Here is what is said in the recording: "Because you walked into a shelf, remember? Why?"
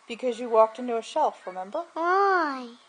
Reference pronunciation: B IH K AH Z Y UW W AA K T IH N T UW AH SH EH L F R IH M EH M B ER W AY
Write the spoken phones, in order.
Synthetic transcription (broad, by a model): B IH K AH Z Y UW W AA K T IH N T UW AH SH EH L F R IH M EH M B ER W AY